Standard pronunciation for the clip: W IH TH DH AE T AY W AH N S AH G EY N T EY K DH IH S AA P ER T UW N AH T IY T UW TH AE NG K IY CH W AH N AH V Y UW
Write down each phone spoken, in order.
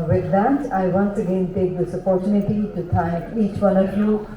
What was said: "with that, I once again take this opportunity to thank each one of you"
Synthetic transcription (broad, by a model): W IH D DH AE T AY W AH N S AH G EY N T EY K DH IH S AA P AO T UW N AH T IY T UW T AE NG K IY CH W AH N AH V Y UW